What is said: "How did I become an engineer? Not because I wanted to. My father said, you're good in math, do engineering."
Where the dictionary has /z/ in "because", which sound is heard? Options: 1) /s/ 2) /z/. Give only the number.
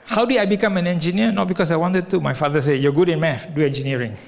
1